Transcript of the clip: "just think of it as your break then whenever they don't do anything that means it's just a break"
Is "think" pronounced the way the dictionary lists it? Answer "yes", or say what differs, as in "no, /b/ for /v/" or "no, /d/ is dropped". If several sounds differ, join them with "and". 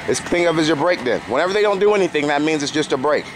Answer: no, /k/ is dropped